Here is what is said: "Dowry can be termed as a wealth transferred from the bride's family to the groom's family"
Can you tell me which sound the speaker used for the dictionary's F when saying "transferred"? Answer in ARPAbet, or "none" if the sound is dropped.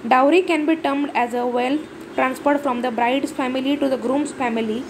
P